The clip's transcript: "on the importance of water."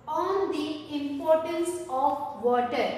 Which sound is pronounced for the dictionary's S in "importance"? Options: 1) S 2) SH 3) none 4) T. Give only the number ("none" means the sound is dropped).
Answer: 1